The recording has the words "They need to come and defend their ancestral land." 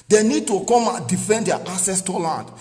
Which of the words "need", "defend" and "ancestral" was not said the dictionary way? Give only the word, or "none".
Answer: ancestral